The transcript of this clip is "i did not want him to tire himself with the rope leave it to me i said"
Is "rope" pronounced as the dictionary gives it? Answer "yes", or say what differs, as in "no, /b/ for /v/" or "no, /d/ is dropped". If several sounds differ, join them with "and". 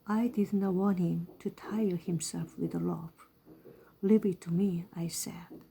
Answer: no, /l/ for /ɹ/